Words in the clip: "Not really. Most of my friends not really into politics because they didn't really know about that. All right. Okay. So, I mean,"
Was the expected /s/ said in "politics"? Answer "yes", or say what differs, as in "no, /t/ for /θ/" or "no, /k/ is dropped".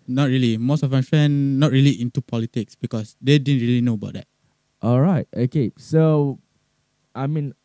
yes